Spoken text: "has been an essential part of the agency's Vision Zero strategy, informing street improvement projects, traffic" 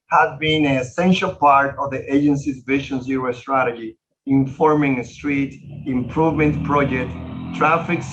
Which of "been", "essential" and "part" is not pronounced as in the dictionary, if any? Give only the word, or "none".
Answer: none